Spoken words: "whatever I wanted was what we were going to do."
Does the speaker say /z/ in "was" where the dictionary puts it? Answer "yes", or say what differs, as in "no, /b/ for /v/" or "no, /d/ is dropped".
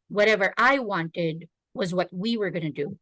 yes